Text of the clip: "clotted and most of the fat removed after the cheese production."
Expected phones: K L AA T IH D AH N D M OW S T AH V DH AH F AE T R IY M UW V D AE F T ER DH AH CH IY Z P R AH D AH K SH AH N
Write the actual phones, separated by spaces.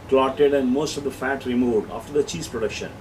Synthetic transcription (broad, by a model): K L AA T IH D AH N D M OW S T AH V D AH F AE T R IY M UW V D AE F T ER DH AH CH IY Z P R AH D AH K SH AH N